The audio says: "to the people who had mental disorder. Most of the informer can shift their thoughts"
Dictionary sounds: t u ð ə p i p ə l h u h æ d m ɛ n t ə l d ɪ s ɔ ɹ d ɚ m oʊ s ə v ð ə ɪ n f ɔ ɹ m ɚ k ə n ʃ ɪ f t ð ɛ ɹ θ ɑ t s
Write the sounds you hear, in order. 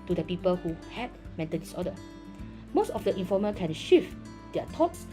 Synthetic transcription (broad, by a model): t u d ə p i p ə l h u h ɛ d m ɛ n t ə n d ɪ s ɔ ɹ d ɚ m oʊ s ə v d ə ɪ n f ɔ m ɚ k ə n ʃ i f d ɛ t ɑ t s